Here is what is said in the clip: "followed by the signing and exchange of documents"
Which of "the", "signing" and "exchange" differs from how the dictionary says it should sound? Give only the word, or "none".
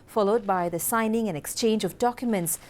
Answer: none